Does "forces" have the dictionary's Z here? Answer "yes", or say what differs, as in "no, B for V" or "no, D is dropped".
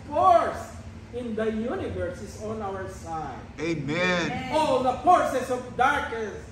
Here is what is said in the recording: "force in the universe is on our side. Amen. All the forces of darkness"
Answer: no, S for Z